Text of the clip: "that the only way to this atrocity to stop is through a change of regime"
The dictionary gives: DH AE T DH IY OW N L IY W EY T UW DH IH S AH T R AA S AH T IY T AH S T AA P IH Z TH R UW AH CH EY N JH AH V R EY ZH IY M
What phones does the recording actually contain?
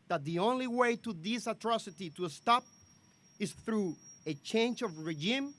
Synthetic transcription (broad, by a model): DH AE T DH IY OW N L IY W EY T UW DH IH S AH T R AA S AH T IY T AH S T AA P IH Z TH R UW AH CH EY N JH AH V R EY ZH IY M